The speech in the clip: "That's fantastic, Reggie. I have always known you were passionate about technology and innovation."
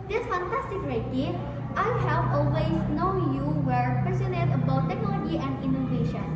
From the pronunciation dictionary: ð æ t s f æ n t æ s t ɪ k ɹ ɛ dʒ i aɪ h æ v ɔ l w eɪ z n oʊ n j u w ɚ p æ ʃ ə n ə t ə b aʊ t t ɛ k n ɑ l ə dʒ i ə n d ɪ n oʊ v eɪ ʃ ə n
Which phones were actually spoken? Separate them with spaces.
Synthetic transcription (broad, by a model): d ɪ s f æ n t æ s t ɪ k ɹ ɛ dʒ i aɪ h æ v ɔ l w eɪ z n oʊ n j u w ɚ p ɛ s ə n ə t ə b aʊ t t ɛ k n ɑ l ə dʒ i ə n d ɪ n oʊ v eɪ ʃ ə n